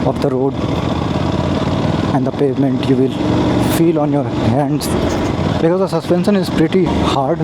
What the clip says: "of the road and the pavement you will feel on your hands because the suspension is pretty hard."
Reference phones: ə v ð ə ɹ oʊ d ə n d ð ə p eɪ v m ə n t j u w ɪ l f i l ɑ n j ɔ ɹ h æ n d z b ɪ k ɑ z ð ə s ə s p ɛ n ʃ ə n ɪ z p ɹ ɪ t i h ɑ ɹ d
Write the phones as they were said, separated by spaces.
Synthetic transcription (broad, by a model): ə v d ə ɹ oʊ d ə n d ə p eɪ v m ə n t j u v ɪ l f i l ɑ n j ɔ ɹ h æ n d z b ɪ k ɑ z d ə s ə s p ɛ n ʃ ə n ɪ z p ɹ ɪ t i h ɑ ɹ d